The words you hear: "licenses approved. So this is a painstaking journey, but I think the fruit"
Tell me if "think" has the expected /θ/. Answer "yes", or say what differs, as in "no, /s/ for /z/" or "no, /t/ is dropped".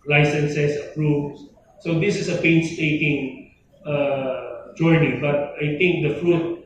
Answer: no, /t/ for /θ/